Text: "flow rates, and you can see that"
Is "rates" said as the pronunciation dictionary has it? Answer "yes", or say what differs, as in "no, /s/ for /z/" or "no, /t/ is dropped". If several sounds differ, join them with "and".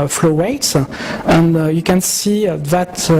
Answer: no, /w/ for /ɹ/